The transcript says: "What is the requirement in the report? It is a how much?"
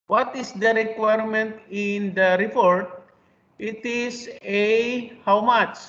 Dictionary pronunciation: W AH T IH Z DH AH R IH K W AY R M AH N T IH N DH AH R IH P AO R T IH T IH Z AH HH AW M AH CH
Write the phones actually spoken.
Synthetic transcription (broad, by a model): W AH T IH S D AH R IH K W AY R M AH N T IH N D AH R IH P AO R T IH T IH S AH HH AW M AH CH